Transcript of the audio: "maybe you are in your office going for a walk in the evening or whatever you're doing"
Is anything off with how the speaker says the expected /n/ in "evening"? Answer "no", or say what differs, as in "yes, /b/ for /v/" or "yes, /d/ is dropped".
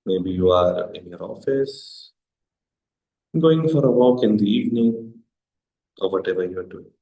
no